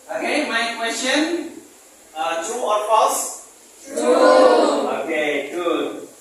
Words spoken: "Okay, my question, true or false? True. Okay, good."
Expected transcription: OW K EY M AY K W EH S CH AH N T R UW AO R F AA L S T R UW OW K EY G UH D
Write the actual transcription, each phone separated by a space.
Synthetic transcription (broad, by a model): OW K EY M AY K W EH S CH AH N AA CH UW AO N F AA S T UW OW K EY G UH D